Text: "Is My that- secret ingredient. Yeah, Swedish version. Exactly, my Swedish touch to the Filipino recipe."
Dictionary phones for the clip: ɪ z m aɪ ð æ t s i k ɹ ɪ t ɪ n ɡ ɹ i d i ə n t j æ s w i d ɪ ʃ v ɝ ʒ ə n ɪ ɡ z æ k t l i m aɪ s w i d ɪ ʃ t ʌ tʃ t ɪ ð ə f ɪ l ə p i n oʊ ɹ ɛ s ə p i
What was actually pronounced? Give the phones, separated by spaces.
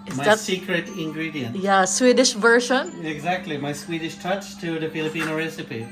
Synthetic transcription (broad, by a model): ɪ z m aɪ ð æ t s i k ɹ ɪ t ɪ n ɡ ɹ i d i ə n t j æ s w i d ɪ ʃ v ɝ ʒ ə n ɪ ɡ z æ k t l i m aɪ s w i d ɪ ʃ t ʌ tʃ t ɪ ð ə f ɪ l ə p i n oʊ ɹ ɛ s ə p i